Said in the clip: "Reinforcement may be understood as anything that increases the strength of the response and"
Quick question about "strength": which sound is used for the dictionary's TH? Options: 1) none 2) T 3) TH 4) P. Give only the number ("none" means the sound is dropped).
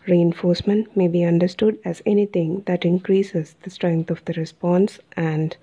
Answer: 2